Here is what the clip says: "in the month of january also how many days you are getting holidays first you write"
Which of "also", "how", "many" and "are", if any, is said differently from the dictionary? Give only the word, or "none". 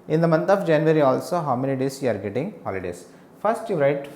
many